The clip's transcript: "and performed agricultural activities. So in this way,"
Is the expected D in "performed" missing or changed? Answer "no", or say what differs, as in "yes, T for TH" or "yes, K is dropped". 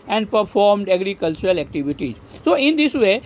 no